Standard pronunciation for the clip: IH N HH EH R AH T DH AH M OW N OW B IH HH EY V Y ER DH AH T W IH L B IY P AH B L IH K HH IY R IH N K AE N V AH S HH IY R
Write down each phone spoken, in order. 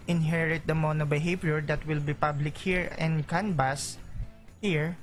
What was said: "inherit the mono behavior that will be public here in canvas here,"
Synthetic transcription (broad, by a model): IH N HH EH R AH T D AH M OW N OW B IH HH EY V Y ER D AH T W IH L B IY P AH B L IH K HH IY R IH N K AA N B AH S HH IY R